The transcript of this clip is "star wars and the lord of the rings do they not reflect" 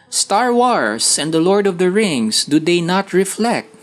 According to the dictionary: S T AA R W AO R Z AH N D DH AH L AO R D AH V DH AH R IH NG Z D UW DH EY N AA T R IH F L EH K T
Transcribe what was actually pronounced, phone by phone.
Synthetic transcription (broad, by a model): S T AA R W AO R S AH N D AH L AO R D AH V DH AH R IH NG S D UW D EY N AA T R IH F L EH K T